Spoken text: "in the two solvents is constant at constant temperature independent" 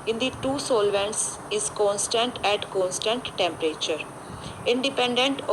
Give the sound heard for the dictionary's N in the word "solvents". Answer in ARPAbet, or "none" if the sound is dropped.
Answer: N